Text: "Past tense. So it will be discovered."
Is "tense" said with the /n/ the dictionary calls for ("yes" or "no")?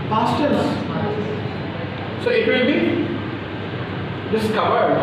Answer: no